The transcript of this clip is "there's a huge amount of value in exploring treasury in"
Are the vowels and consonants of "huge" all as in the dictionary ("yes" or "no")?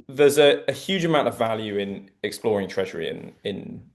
yes